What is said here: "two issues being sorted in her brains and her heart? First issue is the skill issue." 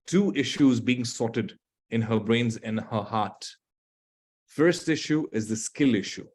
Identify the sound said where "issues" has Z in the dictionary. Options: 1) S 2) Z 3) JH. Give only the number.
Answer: 2